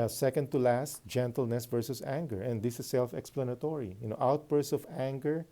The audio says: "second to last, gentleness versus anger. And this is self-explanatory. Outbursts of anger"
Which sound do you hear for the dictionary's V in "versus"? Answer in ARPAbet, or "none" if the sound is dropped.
V